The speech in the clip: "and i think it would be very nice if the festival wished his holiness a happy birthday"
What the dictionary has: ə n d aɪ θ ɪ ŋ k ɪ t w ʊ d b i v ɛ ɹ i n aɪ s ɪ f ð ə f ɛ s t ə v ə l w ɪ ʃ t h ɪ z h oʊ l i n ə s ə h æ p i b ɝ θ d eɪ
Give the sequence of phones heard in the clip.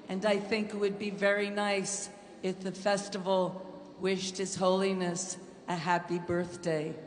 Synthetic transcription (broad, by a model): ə n aɪ θ ɪ ŋ k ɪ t w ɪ d b i v ɛ ɹ i n aɪ s ɪ f ð ə f ɛ s t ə v l w ɪ ʃ t h ɪ z h oʊ l i n ə s ə h æ p i b ɝ θ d eɪ